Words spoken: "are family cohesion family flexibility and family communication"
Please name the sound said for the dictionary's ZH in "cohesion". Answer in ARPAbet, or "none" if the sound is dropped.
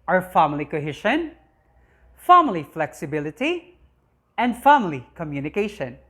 SH